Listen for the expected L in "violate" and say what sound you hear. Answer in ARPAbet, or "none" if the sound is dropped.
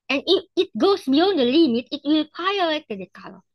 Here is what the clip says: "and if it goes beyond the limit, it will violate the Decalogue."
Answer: none